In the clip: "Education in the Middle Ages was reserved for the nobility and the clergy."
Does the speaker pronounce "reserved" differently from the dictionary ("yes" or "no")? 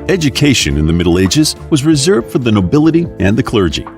no